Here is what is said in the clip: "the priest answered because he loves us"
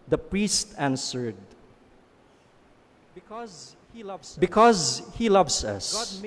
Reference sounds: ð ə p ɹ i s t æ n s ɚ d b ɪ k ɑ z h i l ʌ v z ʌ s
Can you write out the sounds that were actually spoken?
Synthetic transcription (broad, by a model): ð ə p ɹ i s t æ n s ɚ d b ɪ k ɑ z h i l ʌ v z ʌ s